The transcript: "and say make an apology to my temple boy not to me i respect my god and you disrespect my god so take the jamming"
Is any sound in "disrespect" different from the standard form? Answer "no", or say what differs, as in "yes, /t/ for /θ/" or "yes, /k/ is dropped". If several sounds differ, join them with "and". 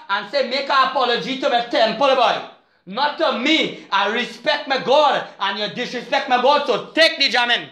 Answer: no